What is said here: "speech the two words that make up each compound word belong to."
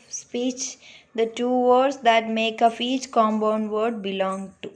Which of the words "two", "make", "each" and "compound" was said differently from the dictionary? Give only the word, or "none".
compound